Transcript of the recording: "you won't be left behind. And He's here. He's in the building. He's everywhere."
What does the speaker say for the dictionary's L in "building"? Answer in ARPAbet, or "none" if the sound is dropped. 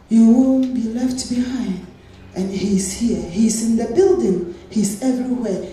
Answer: L